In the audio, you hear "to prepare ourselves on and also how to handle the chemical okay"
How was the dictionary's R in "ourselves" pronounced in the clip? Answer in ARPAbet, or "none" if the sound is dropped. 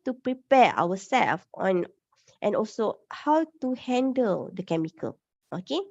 W